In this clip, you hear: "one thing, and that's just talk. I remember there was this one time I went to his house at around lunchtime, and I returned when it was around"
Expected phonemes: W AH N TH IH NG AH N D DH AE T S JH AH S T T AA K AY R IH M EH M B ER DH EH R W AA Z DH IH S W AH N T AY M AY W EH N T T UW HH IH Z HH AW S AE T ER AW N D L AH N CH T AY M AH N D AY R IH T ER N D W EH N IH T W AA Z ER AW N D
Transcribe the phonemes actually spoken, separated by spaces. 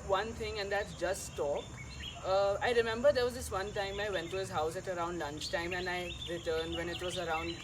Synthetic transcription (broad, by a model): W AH N T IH NG AH N D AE T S JH AH S T T AA K AY R IH M EH M B ER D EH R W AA Z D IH S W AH N T AY M AY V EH N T T UW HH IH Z HH AW S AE T ER AW N D L AH N CH T AY M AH N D AY R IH T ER N D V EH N IH T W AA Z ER AW N D